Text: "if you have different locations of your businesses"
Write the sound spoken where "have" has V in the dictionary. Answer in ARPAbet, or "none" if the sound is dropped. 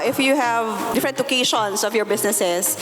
V